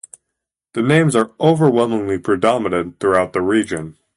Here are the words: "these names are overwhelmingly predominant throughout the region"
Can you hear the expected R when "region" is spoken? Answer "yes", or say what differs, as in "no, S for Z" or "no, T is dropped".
yes